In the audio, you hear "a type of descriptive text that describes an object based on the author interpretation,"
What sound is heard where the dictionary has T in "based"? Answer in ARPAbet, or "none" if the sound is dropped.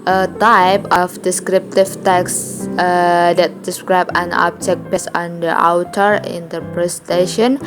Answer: none